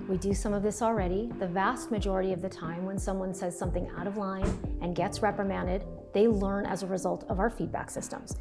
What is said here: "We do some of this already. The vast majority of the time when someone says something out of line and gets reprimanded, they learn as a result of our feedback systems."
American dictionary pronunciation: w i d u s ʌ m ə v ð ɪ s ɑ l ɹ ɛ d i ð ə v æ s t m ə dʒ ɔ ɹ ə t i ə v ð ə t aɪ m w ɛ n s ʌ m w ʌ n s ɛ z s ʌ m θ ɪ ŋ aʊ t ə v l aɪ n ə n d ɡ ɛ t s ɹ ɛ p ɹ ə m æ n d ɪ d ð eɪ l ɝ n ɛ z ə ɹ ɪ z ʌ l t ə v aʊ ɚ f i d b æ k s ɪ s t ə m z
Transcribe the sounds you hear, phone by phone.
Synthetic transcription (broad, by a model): w i d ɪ s ʌ m ə v ð ɪ s l ɹ ɛ d i ð ə v æ s t m ə dʒ ɔ ɹ ə t i ə v ð ə t aɪ m w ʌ n s ʌ m w ʌ n s ɛ z s ʌ m θ ɪ ŋ aʊ t ə v l aɪ n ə n ɡ ɛ t s ɹ ɛ p ɹ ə m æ n d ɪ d ð eɪ l ɝ n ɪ z ə ɹ ɪ z ʌ l t ə v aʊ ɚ f i d b æ k s ɪ s t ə m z